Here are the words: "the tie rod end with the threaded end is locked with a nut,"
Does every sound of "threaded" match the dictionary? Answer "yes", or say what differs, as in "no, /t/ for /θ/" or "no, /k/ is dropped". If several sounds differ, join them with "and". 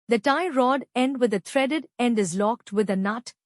no, /t/ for /θ/